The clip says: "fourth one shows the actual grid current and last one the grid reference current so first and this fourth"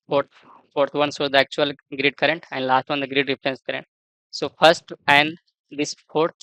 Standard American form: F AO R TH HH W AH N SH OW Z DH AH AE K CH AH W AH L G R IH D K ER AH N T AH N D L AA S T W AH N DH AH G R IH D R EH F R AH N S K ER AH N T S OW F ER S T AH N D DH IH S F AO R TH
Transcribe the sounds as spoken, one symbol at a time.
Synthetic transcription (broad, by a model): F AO R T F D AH N S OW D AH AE K CH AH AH L G R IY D K ER AH N T AH N D L AA S T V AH N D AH G R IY D R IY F R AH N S K ER AH N T S OW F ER S T AH N D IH S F AO R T